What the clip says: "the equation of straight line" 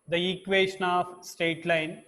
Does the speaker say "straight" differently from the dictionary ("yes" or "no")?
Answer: yes